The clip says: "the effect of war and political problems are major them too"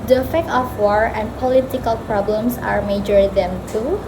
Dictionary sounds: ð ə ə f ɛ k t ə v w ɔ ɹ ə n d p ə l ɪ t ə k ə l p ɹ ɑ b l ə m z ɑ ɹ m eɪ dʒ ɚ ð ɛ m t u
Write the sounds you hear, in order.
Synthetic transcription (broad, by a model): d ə ə f ɛ k t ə f w ɔ ɹ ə n p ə l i t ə k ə l p ɹ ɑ b l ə m s ɑ ɹ m eɪ dʒ ɚ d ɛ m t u